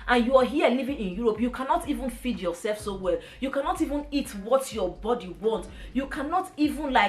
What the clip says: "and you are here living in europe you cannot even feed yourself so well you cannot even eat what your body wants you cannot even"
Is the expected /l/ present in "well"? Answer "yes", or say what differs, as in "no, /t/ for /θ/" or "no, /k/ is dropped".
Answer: yes